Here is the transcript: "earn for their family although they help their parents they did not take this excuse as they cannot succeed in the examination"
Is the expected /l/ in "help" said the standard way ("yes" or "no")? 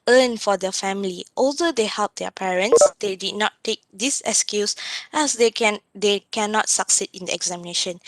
yes